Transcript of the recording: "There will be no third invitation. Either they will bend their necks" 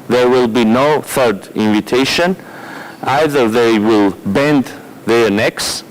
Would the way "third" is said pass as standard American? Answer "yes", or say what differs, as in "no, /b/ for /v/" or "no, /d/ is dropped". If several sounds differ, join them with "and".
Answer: yes